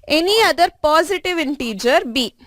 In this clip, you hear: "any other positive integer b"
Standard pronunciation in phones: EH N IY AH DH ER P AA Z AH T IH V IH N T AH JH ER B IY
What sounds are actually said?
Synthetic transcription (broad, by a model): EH N IY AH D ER P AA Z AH T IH V IH N T AH JH ER B IY